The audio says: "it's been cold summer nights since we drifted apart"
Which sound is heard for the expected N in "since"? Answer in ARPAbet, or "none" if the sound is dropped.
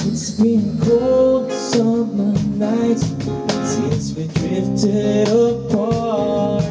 none